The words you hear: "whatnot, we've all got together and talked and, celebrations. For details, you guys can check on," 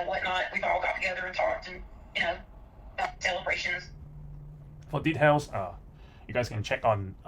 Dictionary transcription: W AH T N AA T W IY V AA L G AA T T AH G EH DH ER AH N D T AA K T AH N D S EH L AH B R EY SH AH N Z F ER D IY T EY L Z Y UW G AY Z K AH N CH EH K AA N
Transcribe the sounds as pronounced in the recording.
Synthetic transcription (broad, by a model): W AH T N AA T W IY V AA L G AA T T AH G EH DH ER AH N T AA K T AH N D S EH L AH B R EY SH AH N Z F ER D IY T EY L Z Y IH G AY Z K AH N CH EH K N